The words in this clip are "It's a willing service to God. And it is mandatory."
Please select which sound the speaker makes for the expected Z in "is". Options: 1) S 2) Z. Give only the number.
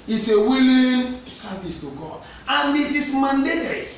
1